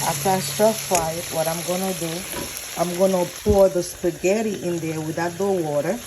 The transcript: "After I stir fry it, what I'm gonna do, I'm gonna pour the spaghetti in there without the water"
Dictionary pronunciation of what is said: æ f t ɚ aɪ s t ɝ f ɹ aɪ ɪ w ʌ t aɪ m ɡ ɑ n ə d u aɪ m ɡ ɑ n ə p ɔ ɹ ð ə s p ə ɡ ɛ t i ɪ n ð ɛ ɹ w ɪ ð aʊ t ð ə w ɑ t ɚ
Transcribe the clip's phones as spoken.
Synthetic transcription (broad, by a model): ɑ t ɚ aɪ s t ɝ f aɪ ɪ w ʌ t aɪ m ɡ ɑ n ə d u aɪ m ɡ ɑ n ə p ɔ ɹ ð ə s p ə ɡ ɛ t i ɪ n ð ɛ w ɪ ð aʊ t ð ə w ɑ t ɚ